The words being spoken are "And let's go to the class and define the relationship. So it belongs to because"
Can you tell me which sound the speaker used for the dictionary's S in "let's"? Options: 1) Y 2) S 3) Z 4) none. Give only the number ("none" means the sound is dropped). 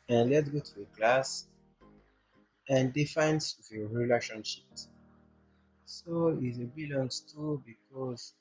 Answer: 4